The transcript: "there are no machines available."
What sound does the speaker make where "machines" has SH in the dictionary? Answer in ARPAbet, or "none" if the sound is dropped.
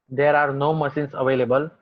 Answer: S